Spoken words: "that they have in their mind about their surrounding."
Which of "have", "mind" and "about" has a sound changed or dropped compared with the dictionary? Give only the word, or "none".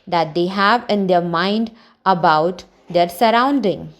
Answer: none